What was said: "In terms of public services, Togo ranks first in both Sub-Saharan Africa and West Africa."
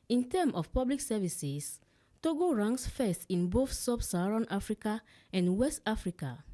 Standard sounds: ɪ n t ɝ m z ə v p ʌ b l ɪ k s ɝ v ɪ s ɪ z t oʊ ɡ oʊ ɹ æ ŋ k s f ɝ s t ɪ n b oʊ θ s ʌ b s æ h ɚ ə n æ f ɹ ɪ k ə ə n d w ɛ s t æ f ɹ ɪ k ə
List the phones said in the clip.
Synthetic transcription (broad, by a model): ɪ n t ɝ m ə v p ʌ b l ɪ k s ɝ v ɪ s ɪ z t oʊ ɡ oʊ ɹ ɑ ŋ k s f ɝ s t ɪ n b oʊ θ s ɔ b s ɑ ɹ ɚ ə n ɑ f ɹ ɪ k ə ə n d w ɛ s t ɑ f ɹ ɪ k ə